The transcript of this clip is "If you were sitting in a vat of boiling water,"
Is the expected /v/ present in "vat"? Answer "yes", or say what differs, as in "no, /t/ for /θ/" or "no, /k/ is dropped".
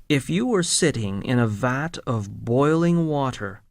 yes